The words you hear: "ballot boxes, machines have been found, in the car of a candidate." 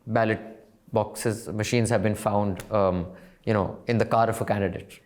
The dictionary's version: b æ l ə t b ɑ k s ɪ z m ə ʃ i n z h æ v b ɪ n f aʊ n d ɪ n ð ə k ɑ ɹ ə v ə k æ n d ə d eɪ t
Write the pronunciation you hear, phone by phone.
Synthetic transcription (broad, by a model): b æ l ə t b ɑ k s ɪ z m ə ʃ i n z h æ v b ɪ n f aʊ n d ɪ n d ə k ɑ ɹ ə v ə k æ n d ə d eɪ t